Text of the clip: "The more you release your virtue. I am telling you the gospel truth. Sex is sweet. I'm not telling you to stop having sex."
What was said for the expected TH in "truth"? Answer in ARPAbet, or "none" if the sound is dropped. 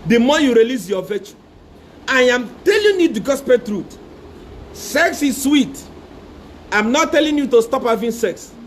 T